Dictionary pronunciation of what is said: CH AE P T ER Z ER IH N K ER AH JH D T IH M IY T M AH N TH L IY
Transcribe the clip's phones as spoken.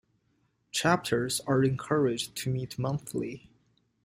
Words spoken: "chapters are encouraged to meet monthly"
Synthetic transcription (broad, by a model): CH AE P T ER Z ER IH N K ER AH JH T IH M IY T M AH N TH L IY